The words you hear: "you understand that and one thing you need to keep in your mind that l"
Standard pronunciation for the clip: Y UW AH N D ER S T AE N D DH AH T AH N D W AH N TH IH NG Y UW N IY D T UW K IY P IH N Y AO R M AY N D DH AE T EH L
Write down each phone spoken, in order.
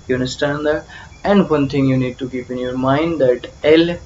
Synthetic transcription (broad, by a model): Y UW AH N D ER S T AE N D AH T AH N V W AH N T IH NG Y UW N IY D T UW K IY P IH N Y AO R M AY N D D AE T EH L